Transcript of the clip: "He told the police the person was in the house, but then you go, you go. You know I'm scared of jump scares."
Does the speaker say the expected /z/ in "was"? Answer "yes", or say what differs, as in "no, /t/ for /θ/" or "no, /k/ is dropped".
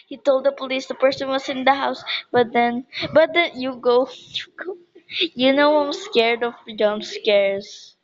no, /s/ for /z/